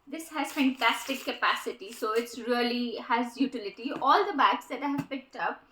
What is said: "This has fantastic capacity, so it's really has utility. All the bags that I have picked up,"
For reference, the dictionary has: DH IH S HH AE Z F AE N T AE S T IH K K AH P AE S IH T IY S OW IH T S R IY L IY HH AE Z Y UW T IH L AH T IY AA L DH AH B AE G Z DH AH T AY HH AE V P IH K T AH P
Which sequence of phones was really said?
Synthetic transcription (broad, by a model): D IH S HH AE Z F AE N T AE S T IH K K AH P AE S IH T IY S OW IH T S R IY L IY HH AE Z Y UW T IH L AH T IY AA L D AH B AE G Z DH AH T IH HH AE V P IH K T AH P